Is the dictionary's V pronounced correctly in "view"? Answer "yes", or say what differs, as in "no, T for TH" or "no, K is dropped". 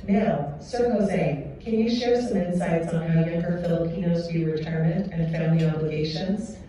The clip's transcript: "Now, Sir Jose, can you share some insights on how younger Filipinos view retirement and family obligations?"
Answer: no, F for V